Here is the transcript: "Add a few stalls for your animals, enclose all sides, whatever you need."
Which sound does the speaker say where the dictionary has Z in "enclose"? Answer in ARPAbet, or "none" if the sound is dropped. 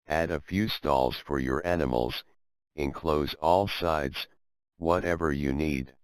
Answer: Z